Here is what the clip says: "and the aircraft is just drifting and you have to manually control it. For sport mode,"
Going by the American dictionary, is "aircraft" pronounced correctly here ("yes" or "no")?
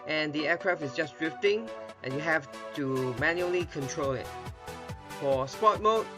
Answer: no